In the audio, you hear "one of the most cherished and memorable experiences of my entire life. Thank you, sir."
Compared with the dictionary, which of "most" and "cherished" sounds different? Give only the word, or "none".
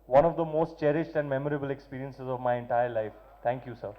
none